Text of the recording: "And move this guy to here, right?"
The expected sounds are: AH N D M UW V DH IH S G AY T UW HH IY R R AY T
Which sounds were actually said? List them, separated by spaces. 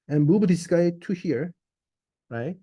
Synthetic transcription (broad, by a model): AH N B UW B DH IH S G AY T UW HH IY R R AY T